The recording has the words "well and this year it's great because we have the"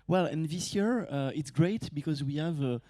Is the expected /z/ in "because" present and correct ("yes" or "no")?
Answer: yes